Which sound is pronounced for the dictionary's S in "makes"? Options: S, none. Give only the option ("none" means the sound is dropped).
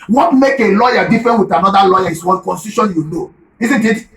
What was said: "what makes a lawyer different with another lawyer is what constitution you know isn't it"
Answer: none